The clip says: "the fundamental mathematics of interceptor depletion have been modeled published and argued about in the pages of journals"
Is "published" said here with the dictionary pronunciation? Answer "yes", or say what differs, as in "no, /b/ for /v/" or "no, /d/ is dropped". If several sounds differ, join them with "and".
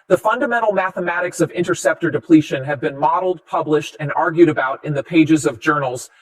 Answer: yes